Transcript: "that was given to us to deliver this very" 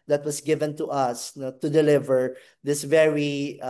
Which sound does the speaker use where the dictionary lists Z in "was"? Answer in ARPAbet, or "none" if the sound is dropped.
S